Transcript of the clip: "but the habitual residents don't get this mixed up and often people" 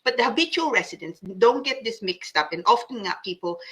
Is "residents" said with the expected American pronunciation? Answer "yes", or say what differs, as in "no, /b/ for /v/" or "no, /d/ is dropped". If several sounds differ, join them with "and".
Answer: no, /s/ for /z/